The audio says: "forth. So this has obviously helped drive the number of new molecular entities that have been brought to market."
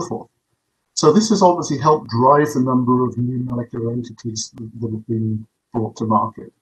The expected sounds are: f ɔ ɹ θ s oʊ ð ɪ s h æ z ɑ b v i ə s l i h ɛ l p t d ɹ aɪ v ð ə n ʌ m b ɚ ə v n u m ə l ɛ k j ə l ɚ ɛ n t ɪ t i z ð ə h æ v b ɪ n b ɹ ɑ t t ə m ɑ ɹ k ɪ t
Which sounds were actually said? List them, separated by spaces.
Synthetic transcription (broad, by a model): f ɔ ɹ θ s oʊ ð ɪ s h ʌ z ɑ b v i ə s l i h ɛ l p d ɹ aɪ v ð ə n ʌ m b ɚ ə v n u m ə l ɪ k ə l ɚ ɛ n t ɪ t i z ð ə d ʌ v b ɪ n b ɹ ɑ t t ə m ɑ ɹ k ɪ t